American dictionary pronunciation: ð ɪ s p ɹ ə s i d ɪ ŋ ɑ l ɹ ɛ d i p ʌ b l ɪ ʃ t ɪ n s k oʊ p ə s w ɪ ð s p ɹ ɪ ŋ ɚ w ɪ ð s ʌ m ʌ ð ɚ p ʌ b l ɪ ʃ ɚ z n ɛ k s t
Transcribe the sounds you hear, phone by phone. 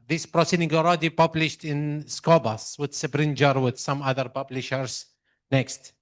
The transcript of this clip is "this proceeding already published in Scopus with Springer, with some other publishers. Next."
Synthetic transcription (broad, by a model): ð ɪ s p ɹ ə s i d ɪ ŋ ɑ l ɹ ɛ d i p ʌ b l ɪ ʃ t ɪ n s k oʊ b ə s w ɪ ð s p ɹ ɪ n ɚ w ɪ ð s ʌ m ʌ ð ɚ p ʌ b l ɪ ʃ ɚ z n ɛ k s t